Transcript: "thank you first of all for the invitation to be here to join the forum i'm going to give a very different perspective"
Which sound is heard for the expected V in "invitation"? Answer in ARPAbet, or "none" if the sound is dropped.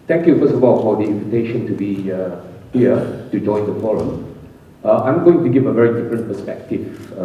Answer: V